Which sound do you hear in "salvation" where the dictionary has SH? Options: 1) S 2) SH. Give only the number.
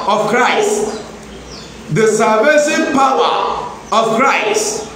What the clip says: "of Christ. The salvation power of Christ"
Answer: 1